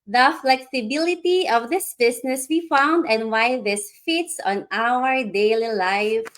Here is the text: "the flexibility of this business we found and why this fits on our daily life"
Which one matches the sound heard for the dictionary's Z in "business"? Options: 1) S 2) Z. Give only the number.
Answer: 1